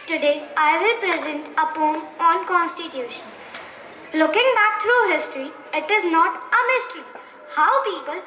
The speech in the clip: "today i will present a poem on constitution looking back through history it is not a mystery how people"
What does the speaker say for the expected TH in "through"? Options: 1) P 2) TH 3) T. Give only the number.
3